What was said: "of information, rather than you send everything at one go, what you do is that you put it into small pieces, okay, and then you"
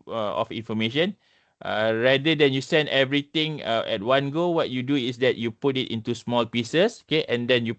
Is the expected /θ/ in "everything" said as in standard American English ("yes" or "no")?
no